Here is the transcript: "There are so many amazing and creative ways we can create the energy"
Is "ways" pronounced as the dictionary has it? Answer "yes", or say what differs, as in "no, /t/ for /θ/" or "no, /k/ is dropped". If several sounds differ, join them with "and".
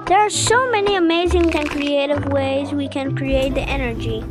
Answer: yes